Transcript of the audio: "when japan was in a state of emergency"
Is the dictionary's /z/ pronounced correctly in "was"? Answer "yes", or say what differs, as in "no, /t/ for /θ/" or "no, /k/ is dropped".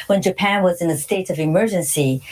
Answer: yes